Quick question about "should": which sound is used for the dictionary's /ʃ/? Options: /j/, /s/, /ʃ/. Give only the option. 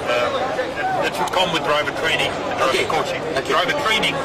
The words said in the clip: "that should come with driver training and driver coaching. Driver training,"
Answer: /s/